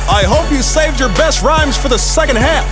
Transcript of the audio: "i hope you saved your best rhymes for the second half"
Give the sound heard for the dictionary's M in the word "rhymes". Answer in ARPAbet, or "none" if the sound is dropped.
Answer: M